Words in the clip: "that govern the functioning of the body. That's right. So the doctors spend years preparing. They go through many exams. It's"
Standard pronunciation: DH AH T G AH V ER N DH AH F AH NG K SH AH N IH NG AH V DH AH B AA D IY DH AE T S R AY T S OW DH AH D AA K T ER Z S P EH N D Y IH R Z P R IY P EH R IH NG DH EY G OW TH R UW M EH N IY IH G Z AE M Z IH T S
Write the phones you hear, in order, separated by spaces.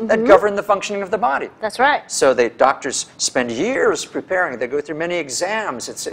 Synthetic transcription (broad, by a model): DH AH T G AH V ER N DH AH F AH NG K SH AH N IH NG AH V DH AH B AA D IY DH AE T S R AY T S OW DH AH D AA K T ER Z S P EH N D Y IH R Z P R IY P EH R IH NG DH EY G OW TH R UW M EH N IY IH G Z AE M Z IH T S